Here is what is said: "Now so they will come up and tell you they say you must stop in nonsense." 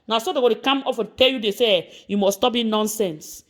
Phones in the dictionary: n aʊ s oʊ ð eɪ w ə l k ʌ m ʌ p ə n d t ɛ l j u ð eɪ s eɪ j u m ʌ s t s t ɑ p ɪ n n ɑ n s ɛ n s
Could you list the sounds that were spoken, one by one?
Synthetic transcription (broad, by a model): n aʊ s oʊ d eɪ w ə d k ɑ m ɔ f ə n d t ɛ l j u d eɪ s eɪ j u m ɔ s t s t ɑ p ɪ n n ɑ n s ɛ n s